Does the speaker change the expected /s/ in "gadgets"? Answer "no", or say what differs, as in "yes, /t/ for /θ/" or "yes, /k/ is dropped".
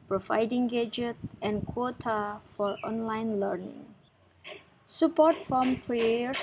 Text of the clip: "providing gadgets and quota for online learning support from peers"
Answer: yes, /s/ is dropped